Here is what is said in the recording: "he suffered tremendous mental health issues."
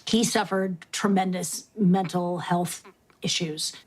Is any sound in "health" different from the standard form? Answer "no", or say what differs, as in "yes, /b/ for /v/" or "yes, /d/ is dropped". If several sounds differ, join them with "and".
no